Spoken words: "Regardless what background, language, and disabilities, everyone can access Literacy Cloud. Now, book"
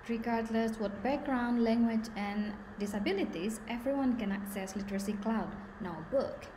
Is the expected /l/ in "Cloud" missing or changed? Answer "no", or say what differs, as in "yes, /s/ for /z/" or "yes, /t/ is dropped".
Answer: no